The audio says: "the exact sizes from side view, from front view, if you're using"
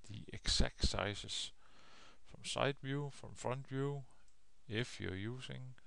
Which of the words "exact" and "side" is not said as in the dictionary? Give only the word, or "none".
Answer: exact